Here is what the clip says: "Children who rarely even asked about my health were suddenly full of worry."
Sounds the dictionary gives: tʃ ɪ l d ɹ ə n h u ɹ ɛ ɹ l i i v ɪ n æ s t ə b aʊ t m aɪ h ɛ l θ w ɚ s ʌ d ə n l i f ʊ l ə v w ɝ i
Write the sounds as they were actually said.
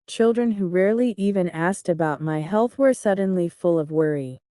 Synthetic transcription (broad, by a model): tʃ ɪ l d ɹ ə n h u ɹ ɛ ɹ l i i v ɪ n æ s t ə b aʊ t m aɪ h ɛ l θ w ɚ s ʌ d n l i f ʊ l ə v w ɝ i